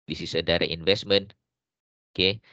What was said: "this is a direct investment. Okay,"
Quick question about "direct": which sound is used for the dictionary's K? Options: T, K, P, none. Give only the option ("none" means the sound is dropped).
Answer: none